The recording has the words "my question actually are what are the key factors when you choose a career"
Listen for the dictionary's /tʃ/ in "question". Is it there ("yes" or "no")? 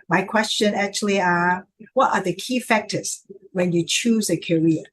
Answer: yes